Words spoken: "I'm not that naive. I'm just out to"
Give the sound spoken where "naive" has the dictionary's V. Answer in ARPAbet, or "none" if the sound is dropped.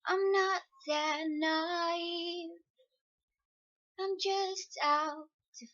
none